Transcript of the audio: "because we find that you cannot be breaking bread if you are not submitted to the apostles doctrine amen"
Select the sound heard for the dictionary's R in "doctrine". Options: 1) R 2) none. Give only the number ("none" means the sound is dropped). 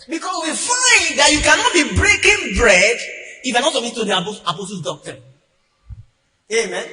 2